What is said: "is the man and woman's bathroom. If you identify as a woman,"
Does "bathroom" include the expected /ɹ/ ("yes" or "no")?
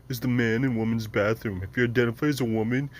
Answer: yes